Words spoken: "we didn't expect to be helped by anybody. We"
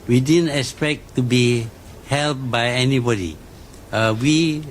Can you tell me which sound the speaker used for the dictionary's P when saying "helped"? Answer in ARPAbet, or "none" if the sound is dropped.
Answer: none